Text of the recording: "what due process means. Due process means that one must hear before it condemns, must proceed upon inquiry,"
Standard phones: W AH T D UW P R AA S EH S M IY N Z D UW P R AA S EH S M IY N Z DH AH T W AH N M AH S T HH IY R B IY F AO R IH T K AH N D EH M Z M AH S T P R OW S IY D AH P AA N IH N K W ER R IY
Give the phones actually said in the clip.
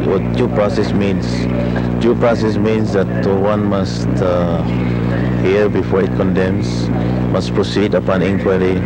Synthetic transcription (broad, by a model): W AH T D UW P R AA S EH S M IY N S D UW P R AA S EH S M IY N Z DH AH T W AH N M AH S T HH IY R B IY F AO R IH T K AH N D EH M S M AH S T P R OW S IY D AH P AA N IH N K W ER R IY